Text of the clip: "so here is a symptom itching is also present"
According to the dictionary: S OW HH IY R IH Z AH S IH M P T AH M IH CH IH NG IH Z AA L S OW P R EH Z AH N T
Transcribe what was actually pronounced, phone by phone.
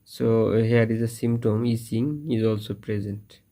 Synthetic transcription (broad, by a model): S OW HH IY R IH Z AH S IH M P T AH M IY S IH NG IH Z AA L S OW P R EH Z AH N T